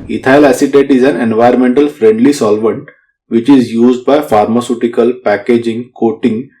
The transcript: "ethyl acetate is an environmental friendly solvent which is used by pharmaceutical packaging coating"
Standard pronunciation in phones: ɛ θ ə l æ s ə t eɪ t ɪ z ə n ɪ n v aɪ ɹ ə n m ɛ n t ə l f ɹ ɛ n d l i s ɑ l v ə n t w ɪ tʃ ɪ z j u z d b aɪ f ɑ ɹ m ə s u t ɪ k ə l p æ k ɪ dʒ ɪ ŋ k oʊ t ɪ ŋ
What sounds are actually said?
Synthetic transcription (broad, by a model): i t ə l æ s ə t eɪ t ɪ z ə n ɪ n v aɪ ə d m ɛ n t ə l f ɹ ɛ n d l i s ɑ l v ə n t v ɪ tʃ ɪ z j u z d b aɪ f ɑ ɹ m ə s u t ɪ k ə l p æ k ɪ dʒ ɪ ŋ k oʊ t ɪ ŋ